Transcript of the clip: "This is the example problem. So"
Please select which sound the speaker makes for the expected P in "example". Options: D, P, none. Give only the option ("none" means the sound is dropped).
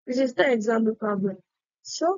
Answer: none